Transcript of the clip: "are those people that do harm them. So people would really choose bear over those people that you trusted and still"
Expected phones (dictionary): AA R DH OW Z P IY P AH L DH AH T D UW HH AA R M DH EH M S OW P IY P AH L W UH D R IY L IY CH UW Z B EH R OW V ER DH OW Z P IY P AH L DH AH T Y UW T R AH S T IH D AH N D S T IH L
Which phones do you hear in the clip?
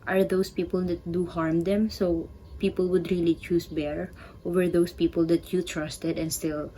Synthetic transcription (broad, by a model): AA R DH OW S P IY P AH L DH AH T D UW HH AA R M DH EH M S OW P IY P AH L W UH D R IY L IY CH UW S B EH R OW V ER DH OW S P IY P AH L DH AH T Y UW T R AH S T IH D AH N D S T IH L